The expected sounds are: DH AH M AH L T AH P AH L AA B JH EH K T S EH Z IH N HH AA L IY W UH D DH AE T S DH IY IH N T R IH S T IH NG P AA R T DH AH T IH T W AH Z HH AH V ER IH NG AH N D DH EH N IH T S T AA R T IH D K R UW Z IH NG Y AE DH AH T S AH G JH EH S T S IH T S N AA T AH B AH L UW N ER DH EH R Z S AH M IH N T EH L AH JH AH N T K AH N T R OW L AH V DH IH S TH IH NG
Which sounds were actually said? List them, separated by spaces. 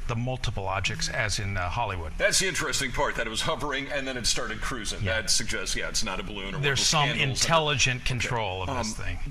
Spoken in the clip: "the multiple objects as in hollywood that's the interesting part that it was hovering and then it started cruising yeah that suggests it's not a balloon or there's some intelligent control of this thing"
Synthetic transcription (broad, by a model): DH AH M AH L T AH P AH L AA JH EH K S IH Z IH N HH AA L IY W UH D DH AE T S DH IY IH N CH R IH S T IH NG P AA R T DH AH T IH T W AH Z HH AH V ER IH NG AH N DH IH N IH T S T AA R T IH D K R UW Z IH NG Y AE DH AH T S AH G JH EH S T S IH T S N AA T AH B AH L UW N ER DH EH R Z S AH M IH N T EH L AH JH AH N K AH N T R OW L AH V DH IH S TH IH NG